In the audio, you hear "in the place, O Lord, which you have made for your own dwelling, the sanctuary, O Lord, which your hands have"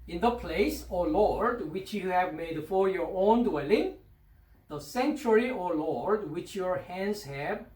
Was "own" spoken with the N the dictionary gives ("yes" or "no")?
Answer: yes